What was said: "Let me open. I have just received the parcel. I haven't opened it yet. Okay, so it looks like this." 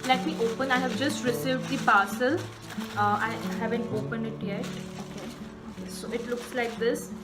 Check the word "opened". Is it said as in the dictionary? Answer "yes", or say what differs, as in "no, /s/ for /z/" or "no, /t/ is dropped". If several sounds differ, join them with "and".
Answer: no, /d/ is dropped